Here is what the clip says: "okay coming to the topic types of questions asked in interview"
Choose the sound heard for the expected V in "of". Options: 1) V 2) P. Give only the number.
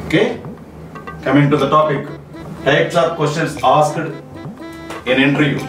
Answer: 2